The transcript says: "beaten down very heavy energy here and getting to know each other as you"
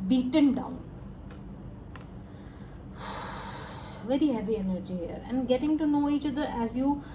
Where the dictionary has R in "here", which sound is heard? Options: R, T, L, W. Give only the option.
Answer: R